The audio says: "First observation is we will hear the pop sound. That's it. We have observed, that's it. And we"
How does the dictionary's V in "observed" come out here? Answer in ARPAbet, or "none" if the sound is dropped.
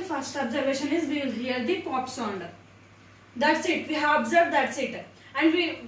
V